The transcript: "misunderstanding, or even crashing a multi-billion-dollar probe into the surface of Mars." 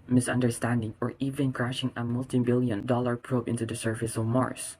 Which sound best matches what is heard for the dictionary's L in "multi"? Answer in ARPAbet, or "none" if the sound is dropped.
L